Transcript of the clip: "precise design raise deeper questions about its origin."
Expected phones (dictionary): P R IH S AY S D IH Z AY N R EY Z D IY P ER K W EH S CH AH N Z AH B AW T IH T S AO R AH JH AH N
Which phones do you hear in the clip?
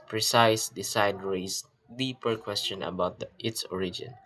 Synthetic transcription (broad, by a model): P R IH S AY S D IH S AY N R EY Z D IY P ER K W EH S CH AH N AH B AW T IH T S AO R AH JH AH N